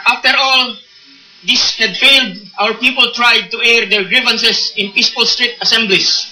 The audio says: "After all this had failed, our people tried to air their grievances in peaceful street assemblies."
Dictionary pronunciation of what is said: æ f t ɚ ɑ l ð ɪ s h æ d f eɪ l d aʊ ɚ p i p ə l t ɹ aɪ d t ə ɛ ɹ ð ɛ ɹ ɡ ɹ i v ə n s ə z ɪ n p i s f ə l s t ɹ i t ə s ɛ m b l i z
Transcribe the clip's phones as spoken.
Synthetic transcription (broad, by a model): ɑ f t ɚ ɑ l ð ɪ s h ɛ d f eɪ l d aʊ ɚ p i p ə l t ɹ aɪ d t ə ɛ ɹ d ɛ ɹ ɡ ɹ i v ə n s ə s ɪ n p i s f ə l s t ɹ i t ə s ɛ m b l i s